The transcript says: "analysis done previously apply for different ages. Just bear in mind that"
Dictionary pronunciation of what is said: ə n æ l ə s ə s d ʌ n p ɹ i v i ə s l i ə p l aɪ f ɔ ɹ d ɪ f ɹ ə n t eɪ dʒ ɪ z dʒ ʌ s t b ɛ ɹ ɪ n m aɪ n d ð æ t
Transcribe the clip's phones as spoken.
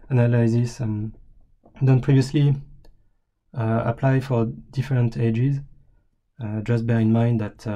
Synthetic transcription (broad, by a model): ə n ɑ l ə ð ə s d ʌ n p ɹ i v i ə s l i ə p l aɪ f ɔ ɹ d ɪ f ɹ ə n t eɪ dʒ ɪ z dʒ ʌ s t b ɛ ɹ ɪ n m aɪ n d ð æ t